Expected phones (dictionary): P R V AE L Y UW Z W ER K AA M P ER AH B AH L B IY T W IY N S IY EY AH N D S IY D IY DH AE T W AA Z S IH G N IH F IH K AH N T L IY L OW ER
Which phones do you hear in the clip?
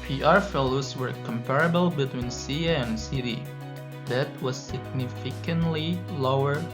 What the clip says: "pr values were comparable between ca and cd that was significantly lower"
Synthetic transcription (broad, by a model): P R F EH L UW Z W ER K AA M P ER AH B AH L B IY T W IY N S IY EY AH N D S IY D IY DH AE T W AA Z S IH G N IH F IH K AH N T L IY L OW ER